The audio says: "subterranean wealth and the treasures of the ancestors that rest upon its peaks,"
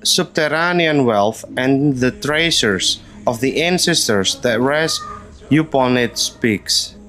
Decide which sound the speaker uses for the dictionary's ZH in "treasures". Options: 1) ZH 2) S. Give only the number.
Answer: 2